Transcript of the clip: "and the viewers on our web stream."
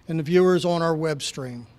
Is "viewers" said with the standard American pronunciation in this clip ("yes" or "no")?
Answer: yes